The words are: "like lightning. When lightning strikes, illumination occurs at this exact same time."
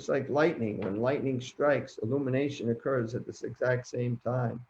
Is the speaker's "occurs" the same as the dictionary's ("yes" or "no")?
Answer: yes